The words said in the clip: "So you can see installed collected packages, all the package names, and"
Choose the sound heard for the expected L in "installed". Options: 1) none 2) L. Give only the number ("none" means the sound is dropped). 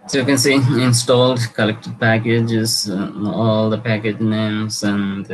2